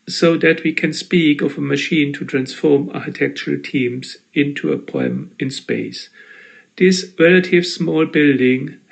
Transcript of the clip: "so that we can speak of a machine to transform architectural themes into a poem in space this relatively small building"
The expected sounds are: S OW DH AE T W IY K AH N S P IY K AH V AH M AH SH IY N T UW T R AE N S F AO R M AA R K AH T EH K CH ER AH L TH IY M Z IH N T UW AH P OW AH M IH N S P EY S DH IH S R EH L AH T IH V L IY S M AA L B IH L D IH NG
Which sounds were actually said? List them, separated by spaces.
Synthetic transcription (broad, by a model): S OW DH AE T W IY K AH N S P IY K AH V AH M AH SH IY N T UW T R AE N S F AO R M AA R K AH T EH K CH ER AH L T IY M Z IH N T UW AH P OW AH M IH N S P EY S DH IH S R EH L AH T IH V S M AA L B IH L D IH NG